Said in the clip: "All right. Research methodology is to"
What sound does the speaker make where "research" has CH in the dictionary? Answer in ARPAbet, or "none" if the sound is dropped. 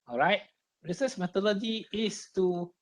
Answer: S